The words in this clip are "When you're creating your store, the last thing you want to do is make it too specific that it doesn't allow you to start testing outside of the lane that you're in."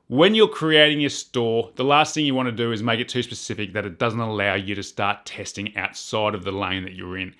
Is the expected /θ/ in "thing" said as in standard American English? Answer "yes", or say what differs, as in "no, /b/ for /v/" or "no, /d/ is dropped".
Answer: yes